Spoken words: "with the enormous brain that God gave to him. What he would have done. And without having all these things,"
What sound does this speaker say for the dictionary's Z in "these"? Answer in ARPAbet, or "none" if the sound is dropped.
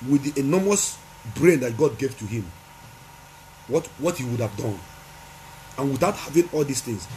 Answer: S